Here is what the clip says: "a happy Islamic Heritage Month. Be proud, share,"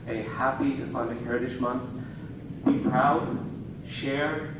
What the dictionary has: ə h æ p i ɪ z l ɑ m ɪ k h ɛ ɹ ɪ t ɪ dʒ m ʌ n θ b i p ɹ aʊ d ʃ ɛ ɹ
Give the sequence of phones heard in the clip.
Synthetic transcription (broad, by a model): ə h æ p i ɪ s l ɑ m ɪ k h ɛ ɹ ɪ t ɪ ʃ m ʌ n θ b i p ɹ aʊ d ʃ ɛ ɹ